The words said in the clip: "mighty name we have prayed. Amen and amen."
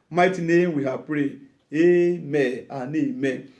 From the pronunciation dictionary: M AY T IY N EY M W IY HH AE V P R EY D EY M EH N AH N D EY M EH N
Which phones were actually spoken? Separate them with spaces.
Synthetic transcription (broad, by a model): M AY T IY N EY M W IY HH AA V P R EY EY M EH AH N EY M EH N